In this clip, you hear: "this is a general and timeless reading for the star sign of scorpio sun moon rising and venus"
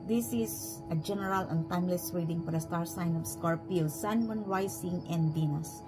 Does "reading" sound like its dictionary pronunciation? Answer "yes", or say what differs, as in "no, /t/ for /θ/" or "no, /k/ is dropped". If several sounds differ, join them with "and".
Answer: no, /w/ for /ɹ/